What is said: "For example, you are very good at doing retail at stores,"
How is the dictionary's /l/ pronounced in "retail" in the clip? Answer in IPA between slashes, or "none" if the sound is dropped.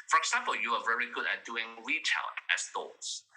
/n/